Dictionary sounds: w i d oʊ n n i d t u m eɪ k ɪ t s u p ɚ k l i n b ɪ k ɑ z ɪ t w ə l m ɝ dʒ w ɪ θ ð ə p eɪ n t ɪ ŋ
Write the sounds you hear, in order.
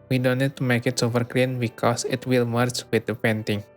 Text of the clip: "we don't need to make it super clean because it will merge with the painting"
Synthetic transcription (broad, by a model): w i d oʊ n n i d t u m eɪ k ɪ t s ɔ f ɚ k l i n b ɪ k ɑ s ɪ t w ə l m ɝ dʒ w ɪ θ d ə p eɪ n t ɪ ŋ